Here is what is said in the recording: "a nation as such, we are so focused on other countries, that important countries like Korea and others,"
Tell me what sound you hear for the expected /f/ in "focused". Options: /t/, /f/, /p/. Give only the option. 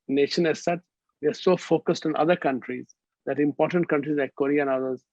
/f/